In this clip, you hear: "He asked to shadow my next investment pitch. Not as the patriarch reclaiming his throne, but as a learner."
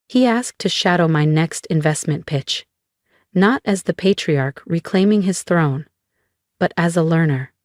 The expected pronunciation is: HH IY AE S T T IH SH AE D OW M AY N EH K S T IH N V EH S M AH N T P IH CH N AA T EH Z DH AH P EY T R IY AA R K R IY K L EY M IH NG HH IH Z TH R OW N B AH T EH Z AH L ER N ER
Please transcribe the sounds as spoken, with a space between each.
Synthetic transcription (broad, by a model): HH IY AE S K T IH SH AE D OW M AY N EH K S T IH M V EH S M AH N P IH CH N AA T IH Z DH AH P EY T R IY AA R K R IY K L EY M IH NG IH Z TH R OW N B AH T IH Z AH L ER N ER